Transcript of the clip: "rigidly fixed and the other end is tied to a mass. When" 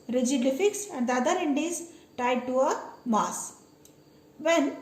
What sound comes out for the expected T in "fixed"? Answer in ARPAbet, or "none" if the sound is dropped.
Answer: none